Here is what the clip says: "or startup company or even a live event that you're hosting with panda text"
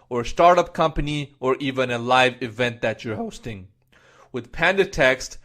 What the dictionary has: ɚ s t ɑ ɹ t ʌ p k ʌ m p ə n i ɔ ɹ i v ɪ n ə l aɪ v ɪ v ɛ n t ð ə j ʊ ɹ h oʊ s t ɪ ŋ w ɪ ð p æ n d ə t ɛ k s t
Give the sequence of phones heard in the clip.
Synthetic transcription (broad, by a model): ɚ s t ɑ ɹ t ʌ p k ʌ m p ə n i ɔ ɹ i v ɪ n ə l aɪ v ɪ v ɛ n t ð ə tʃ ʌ ɹ h oʊ s t ɪ ŋ w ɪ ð p æ n d ə t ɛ k s t